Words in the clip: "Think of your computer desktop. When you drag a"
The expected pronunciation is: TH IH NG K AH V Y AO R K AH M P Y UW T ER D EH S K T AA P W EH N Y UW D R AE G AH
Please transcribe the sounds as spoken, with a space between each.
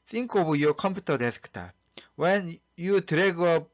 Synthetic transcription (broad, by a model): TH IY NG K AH B Y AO K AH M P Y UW T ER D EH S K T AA W EH N Y UW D R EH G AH